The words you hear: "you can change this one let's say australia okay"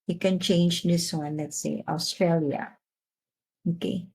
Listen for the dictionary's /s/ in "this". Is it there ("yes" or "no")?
yes